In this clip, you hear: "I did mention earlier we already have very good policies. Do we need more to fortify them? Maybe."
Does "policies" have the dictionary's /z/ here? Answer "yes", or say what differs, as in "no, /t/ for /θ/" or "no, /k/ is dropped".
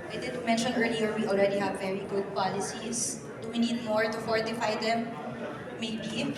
no, /s/ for /z/